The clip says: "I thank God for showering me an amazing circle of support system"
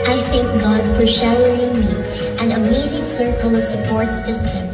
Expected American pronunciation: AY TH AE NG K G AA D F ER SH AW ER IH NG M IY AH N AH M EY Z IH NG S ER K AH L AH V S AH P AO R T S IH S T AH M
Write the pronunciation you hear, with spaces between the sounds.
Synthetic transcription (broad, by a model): AY TH AE NG K G AA D F ER SH AW ER IH NG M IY AH N AH M EY Z IH NG S ER K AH L AH V S AH P AO R T S IH S T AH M